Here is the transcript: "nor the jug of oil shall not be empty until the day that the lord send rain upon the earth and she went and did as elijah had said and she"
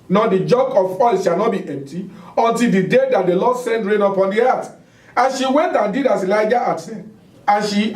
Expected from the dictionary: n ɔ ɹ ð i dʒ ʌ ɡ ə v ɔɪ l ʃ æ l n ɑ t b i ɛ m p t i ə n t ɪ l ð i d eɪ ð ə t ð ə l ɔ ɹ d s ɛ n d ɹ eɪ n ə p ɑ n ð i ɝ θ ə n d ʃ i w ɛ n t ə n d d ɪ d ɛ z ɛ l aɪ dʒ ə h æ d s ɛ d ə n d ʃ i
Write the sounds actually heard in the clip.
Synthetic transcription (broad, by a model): n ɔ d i dʒ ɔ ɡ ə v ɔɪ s ʃ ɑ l n ɑ t b i ɛ m p t i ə n t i l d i d eɪ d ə t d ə l ɔ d s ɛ n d ɹ eɪ n ə p ɑ n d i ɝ t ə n ʃ i w ɛ n t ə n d d ɪ d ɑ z ɛ l aɪ dʒ ə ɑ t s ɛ ə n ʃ i